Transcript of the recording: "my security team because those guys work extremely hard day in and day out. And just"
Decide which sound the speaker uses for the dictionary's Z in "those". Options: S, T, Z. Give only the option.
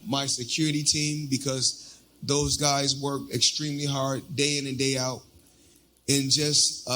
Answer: Z